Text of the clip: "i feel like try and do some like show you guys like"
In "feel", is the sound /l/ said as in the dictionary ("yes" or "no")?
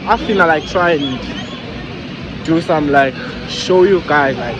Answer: no